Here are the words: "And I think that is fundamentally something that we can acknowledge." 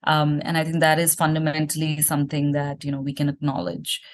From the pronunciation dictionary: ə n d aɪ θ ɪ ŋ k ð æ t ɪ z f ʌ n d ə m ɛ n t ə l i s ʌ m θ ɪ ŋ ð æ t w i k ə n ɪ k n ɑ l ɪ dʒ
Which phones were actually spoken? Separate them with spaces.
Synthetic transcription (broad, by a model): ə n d aɪ t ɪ ŋ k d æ t ɪ z f ʌ n d ə m ɛ n t ə l i s ʌ m t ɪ ŋ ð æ t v i k ə n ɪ k n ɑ l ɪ dʒ